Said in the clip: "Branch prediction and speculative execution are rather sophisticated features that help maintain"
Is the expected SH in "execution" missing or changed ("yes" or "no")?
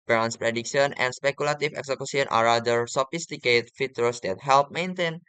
yes